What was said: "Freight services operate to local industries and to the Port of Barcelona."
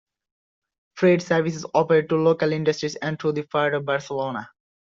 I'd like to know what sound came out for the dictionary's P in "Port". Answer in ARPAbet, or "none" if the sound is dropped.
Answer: F